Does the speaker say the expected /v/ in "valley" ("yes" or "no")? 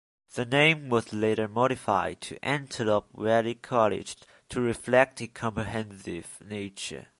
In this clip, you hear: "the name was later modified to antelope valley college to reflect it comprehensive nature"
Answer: no